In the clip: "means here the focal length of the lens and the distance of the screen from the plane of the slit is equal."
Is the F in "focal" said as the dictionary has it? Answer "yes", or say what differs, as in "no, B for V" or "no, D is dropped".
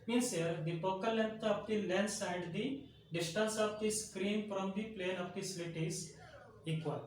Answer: no, P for F